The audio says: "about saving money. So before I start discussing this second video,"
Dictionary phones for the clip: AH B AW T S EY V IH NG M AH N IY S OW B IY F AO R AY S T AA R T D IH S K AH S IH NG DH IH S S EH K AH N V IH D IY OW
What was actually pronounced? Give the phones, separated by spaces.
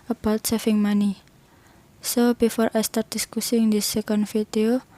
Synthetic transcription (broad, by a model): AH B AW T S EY F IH NG M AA N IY S OW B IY F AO R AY S T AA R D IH S K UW S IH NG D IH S S EH K AH N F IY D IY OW